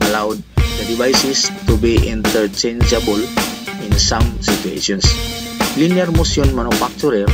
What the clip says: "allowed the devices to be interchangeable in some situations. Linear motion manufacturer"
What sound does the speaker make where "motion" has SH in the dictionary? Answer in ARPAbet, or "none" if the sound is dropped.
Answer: S